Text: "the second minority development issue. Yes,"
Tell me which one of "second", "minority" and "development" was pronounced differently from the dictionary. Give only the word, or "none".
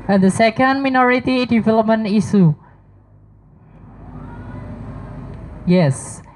development